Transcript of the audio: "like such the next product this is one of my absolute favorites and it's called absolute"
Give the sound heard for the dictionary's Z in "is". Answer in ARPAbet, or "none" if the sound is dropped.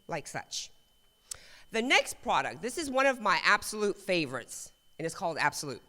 Z